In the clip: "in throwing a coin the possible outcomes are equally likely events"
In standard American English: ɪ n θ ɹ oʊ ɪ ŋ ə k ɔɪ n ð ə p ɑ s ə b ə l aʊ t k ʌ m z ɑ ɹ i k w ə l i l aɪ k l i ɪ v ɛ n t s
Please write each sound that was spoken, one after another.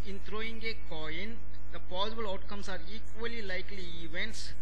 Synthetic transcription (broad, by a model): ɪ n t ɹ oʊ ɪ ŋ ə k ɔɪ n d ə p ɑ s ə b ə l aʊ t k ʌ m s ɑ ɹ i k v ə l i l aɪ k l i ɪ v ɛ n t s